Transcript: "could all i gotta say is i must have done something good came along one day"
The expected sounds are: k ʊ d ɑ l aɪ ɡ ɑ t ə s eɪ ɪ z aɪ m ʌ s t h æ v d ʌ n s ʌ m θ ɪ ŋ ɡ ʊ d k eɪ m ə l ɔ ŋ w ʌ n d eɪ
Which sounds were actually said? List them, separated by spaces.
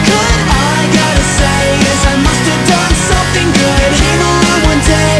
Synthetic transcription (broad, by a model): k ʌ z ɑ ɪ ɡ ɑ t ə s eɪ ɪ z aɪ m ʌ s t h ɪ v d ʌ n s ʌ m θ ɪ ŋ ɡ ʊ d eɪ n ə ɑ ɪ w ʌ n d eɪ